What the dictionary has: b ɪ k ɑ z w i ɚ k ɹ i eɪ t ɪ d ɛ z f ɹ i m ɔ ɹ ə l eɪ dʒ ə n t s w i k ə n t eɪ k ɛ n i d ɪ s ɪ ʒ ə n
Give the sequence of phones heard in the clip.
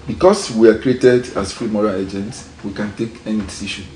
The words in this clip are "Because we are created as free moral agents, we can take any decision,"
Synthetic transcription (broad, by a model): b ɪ k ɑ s w i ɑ k ɹ i eɪ t ɪ d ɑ s f ɹ i m ɔ ɹ ə l eɪ dʒ ə n t s w i k ə n t eɪ k ɛ n i d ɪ s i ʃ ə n